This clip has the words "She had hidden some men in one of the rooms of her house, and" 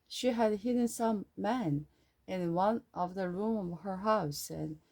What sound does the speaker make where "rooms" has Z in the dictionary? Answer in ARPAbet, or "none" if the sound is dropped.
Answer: none